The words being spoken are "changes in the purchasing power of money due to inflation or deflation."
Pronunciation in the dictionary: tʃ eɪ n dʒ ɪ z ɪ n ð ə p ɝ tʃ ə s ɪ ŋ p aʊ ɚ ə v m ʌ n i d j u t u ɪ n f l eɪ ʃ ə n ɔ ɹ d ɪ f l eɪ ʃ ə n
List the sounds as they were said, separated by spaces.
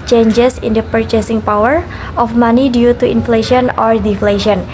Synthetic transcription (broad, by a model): tʃ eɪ n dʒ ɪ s ɪ n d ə p ɝ tʃ ə s ɪ ŋ p aʊ ɚ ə f m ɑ n i d j u t u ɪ n f l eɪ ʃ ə n ɔ ɹ d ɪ f l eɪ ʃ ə n